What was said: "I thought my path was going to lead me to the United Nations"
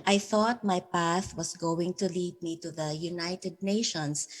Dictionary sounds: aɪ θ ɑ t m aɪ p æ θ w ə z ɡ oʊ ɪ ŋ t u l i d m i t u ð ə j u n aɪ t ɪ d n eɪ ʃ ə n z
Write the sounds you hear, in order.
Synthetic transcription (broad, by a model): aɪ θ ɑ t m aɪ p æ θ w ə s ɡ oʊ ɪ ŋ t u l i d m i t u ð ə j u n aɪ t ɪ d n eɪ ʃ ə n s